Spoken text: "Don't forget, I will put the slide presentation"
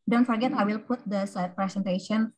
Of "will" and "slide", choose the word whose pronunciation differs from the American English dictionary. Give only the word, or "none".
slide